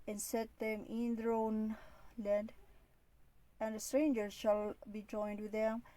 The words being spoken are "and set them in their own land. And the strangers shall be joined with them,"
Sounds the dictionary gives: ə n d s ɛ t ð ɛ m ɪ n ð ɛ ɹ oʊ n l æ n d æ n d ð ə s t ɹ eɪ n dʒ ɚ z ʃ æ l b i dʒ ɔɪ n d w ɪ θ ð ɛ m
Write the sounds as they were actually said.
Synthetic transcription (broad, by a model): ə n s ɛ t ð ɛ m ɪ n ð ɹ oʊ n l æ n d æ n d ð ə s t ɹ eɪ n dʒ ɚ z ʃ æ l b i dʒ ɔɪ n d w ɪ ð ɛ m